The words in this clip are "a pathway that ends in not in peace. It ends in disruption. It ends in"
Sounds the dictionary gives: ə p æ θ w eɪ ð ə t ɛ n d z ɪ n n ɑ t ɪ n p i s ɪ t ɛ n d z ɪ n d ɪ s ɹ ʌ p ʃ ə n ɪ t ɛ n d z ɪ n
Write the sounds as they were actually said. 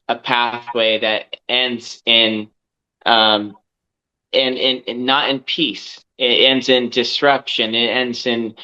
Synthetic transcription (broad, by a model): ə p æ θ w eɪ ð ə t ɛ n d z ɪ n n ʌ t ɪ n p i s ɪ t ɛ n d z ɪ n d ɪ s ɹ ʌ p ʃ ə n ɪ t ɛ n d z ɪ n